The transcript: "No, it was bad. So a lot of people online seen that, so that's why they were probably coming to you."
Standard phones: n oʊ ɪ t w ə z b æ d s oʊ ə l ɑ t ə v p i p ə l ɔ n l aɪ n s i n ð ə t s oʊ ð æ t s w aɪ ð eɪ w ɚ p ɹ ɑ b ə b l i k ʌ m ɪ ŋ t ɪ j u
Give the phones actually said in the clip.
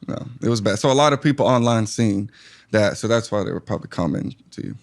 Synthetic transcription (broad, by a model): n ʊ ɪ t w ə z b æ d s oʊ ə l ɑ t ə v p i p l ɔ n l aɪ n s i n ð ə t s oʊ ð æ t s w aɪ ð eɪ w ɚ p ɹ ɑ b ə b l i k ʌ m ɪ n t ɪ j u